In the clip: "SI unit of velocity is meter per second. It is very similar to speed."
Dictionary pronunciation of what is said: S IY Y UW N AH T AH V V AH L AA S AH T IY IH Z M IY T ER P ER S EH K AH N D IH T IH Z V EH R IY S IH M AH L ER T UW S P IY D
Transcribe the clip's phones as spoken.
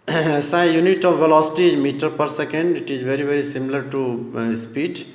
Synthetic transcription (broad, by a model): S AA Y UW N AH T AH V V AH L AA S AH T IY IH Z M IY T ER P ER S EH K AH N D IH T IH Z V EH R IY S IH M AH L ER T UW S P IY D